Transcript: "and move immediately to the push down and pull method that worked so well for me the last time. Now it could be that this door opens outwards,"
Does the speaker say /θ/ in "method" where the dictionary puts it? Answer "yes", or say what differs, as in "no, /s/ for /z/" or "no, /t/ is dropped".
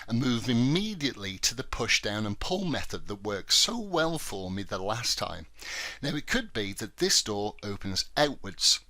yes